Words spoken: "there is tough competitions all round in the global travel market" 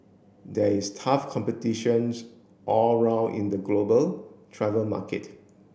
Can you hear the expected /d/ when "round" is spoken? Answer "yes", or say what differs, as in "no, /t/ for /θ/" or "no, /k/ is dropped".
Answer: no, /d/ is dropped